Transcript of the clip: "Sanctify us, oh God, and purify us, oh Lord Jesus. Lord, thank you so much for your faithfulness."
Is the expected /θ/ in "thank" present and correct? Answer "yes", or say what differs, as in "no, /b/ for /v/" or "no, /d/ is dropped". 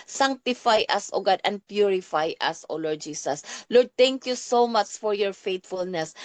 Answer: no, /t/ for /θ/